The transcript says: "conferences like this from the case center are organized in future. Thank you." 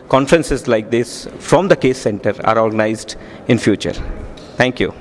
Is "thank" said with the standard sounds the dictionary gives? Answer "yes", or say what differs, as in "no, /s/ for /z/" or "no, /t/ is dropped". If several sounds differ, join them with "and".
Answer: no, /t/ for /θ/